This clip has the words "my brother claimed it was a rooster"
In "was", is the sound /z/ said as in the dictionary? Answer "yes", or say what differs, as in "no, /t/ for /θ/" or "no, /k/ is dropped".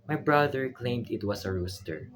no, /s/ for /z/